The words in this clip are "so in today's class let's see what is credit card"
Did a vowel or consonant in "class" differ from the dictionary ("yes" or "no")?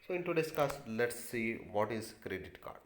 yes